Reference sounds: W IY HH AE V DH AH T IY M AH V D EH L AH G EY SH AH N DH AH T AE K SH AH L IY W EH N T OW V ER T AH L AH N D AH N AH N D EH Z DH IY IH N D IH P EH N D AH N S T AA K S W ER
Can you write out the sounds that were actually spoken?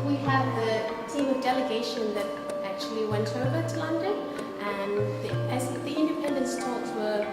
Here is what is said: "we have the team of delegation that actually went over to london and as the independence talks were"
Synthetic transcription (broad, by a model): W IY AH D DH AH T IY M AH V D EH L AH G EY SH AH N DH AH T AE K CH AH L IY W EH N T OW V ER T AH L AH N D AH N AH N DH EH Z DH IY IH N D IH P EH N D AH N S T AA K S W ER